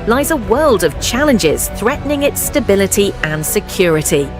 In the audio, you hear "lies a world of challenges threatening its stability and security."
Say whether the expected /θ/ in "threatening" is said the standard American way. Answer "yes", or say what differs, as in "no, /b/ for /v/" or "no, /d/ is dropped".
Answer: yes